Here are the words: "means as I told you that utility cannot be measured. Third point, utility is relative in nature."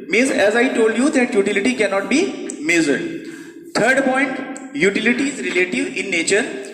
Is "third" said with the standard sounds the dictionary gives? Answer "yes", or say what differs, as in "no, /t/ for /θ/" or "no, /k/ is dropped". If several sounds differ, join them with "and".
no, /t/ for /θ/